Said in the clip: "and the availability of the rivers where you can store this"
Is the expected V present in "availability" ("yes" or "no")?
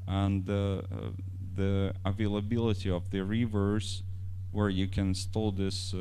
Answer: yes